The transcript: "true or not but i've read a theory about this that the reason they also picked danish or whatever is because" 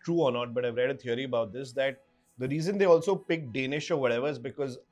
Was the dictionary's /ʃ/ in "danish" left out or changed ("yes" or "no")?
no